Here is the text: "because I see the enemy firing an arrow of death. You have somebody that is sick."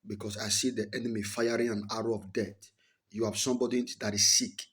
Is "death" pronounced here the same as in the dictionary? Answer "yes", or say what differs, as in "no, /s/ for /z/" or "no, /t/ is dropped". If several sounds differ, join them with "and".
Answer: no, /t/ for /θ/